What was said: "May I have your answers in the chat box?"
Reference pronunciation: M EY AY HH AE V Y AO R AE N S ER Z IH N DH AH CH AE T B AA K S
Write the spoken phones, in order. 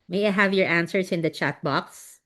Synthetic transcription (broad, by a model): M EY AY HH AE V Y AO R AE N S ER S IH N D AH CH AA T B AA K S